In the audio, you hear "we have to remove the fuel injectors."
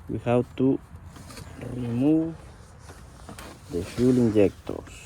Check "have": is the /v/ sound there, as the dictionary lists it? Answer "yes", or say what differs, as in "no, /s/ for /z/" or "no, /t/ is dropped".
no, /w/ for /v/